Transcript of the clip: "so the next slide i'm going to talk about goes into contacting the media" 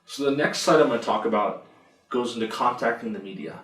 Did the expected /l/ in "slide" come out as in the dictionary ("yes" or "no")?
no